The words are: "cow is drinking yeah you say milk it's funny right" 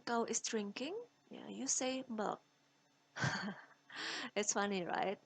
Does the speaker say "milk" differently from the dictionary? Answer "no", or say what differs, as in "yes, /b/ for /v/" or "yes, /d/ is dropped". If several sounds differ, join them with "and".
yes, /l/ is dropped